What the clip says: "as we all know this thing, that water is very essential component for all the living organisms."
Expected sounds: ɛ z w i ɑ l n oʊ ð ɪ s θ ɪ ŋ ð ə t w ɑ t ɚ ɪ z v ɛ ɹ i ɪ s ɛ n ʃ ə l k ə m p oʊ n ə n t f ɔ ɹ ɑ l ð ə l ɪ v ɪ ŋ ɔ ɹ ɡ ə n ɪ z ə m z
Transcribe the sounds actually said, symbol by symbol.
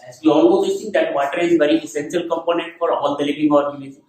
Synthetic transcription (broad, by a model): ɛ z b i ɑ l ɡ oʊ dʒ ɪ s s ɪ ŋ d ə t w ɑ t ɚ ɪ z v ɛ ɹ i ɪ s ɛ n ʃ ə l k ə m p oʊ n ə n t f ɔ ɹ ɑ l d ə l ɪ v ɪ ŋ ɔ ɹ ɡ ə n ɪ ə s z